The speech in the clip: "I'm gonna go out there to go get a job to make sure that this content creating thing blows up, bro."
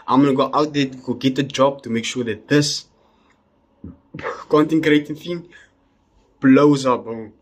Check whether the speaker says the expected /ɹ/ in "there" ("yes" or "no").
no